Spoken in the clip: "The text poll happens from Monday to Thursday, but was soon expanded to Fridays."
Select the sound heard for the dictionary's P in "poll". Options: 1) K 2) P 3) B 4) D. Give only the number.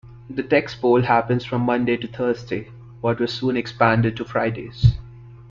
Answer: 3